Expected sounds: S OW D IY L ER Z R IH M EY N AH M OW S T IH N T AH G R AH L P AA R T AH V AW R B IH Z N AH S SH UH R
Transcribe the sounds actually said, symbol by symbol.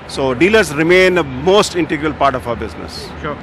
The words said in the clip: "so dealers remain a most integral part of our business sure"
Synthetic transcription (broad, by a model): S OW D IY L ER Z R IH M EY N AH M OW S T IH N T AH G R AH L P AA R T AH F AW R B IH Z N AH S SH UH